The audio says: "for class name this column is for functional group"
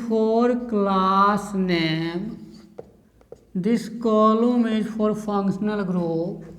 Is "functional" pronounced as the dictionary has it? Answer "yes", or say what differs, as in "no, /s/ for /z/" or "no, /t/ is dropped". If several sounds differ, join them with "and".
no, /p/ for /f/